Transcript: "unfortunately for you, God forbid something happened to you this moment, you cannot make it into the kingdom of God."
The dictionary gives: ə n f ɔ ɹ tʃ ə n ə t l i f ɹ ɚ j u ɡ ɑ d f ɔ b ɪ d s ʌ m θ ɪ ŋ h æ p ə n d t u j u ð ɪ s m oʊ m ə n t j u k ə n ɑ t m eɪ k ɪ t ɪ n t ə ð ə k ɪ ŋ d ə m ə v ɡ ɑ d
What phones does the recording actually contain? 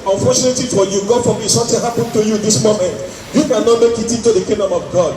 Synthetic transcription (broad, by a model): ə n f ɔ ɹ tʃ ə n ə t l i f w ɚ j u ɡ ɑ f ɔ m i s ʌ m t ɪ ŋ h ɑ p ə n t u j u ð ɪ s m oʊ m ə n t j u k ə n ɑ t m eɪ k ɪ t ɪ n t ə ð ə k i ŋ d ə m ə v ɡ ɑ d